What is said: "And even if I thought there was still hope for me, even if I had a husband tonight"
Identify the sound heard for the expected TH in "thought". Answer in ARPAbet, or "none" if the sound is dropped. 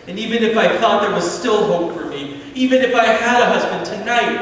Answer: TH